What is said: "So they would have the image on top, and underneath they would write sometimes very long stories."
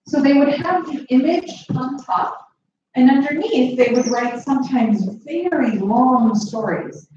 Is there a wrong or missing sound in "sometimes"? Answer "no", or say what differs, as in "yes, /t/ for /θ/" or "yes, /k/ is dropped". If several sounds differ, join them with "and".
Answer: no